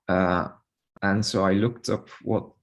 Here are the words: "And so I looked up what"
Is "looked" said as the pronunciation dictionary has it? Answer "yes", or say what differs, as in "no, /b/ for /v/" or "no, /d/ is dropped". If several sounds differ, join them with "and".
yes